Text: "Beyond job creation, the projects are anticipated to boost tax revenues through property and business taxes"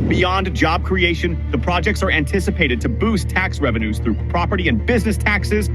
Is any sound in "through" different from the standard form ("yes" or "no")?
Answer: no